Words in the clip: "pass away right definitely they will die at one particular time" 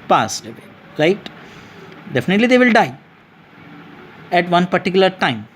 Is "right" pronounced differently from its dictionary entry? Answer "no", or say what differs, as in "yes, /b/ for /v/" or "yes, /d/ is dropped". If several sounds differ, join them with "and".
yes, /l/ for /ɹ/